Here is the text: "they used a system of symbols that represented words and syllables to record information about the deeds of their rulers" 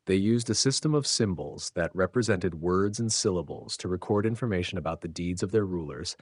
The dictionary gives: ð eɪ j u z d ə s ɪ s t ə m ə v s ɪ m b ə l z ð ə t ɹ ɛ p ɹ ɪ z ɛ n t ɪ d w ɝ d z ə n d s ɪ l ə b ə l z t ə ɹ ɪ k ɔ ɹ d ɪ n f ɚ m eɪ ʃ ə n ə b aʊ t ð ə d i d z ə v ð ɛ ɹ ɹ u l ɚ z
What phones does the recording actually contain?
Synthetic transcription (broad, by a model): ð eɪ j u z d ə s ɪ s t ə m ə v s ɪ m b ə l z ð ə t ɹ ɛ p ɹ ɪ z ɛ n t ɪ d w ɝ d z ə n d s ɪ l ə b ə l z t ə ɹ ɪ k ɔ ɹ d ɪ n f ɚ m eɪ ʃ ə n ə b aʊ t ð ə d i d z ə v ð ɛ ɹ ɹ u l ɚ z